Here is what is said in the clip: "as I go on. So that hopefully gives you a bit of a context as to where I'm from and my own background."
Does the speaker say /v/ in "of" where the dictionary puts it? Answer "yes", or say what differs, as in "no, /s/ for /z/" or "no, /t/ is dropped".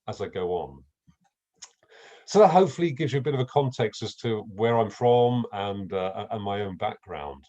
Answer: yes